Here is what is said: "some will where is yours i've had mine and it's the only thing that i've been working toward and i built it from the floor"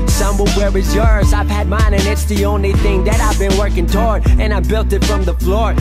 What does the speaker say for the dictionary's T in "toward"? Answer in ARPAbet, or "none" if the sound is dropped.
T